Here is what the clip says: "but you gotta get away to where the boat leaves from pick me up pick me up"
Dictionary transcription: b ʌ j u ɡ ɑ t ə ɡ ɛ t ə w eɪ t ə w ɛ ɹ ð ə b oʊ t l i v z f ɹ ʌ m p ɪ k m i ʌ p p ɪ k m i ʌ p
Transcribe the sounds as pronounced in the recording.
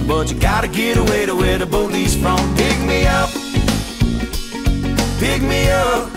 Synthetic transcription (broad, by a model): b ʌ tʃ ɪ ɡ ɑ t ə ɡ ɛ t ə w eɪ t ə w ɛ ɹ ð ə b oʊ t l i z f ɹ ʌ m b ɪ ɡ m i ʌ p b ɪ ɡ m i ʌ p